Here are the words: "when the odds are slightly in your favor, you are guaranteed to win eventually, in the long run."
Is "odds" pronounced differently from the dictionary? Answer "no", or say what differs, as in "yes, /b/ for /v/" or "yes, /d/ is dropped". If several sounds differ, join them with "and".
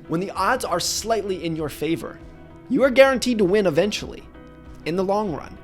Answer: no